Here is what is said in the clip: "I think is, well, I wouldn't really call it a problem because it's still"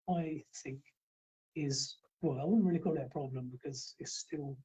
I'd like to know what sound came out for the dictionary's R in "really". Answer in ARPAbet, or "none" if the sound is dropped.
R